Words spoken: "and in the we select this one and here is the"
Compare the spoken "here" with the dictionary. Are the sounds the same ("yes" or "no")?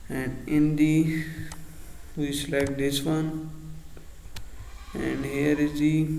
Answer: yes